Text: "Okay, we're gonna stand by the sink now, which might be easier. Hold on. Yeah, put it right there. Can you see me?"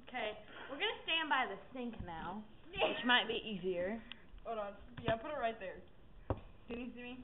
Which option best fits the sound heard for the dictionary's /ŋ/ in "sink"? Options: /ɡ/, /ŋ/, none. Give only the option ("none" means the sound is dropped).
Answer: /ŋ/